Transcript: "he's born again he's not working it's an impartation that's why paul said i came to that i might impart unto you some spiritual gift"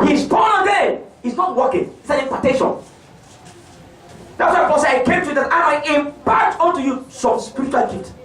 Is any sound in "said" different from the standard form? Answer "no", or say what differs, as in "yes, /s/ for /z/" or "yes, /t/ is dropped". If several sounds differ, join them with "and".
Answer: yes, /d/ is dropped